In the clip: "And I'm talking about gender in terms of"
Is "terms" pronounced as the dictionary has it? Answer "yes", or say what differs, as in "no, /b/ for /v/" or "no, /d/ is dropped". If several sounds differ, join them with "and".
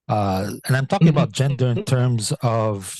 yes